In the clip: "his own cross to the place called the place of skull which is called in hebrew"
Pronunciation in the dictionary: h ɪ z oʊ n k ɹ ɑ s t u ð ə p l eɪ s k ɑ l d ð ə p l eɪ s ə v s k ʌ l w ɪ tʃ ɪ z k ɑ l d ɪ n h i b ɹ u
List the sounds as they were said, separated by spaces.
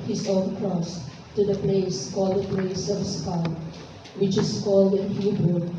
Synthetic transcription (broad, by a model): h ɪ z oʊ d k ɹ ɑ s t u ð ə p l eɪ s k ɑ l d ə p l eɪ s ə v s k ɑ w ɪ tʃ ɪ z k ɑ l d ɪ n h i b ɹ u